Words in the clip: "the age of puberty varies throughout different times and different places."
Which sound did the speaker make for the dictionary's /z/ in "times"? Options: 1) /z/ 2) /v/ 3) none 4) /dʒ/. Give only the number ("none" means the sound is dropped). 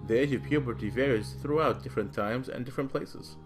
1